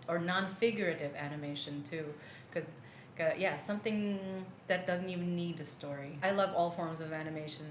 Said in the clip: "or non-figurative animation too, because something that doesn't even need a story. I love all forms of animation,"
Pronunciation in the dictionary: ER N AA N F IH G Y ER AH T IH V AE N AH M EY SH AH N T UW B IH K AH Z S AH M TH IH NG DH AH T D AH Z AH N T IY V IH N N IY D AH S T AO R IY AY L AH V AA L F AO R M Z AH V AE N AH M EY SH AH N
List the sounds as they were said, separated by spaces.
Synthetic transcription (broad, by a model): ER N AA N F IH G Y ER AH T IH V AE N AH M EY SH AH N T UW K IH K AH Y S AH M TH IH NG DH AH T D AH Z N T IY V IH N N IY D AH S T AO R IY AY L AH V AA L F AO R M Z AH V AE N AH M EY SH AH N